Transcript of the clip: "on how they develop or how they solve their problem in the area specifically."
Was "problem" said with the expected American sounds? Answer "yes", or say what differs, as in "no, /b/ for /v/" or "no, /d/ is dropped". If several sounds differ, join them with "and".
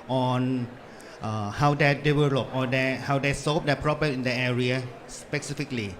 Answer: no, /l/ is dropped and /m/ is dropped